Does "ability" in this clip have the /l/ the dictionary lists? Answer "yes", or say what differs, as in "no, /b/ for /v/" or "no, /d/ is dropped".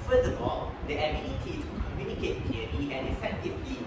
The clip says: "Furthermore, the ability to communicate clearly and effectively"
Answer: no, /n/ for /l/